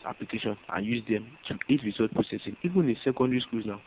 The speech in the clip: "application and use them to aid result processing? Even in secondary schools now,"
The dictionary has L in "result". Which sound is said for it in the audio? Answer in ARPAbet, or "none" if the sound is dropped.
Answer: none